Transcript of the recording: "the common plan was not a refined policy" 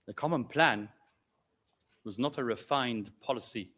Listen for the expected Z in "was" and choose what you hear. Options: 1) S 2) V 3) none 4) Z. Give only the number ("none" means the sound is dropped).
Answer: 4